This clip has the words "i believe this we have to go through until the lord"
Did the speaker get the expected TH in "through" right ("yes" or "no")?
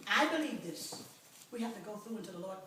yes